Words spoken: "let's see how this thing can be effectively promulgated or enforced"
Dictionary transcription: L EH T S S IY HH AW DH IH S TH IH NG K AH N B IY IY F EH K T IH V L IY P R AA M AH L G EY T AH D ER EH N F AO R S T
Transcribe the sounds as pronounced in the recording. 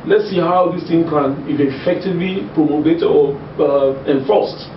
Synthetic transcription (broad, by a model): L EH T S S IY HH AW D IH S T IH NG K AH N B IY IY F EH K T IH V L IY P R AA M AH G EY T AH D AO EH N F AO S T